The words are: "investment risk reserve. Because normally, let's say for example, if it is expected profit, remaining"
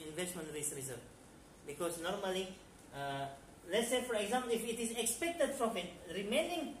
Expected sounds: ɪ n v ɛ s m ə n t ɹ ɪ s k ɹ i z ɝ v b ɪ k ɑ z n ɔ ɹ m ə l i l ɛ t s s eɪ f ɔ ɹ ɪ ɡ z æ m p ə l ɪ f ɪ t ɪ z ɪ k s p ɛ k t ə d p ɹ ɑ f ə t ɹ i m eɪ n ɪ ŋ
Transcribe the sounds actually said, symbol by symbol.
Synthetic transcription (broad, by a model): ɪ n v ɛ s m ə n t ɹ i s ɹ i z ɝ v b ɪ k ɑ s n ɔ ɹ m ə l i l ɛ t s s eɪ f ɔ ɹ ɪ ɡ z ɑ m p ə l ɪ f ɪ t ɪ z ɪ k s p ɛ k t ə d f ɹ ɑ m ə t ɹ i m eɪ n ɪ ŋ